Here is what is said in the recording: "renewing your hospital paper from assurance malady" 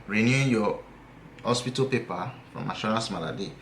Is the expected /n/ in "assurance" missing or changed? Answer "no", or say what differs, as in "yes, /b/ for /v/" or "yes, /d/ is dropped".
yes, /n/ is dropped